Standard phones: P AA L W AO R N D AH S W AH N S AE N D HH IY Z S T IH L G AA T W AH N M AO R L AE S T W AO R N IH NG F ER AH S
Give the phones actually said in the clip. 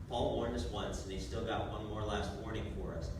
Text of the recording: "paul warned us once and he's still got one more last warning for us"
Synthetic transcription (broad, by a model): P AA L W AO R N D AH S W AH N S N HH IY S T IH L G AA T W AH N M AO R L AE S T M AO R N IH NG F ER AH S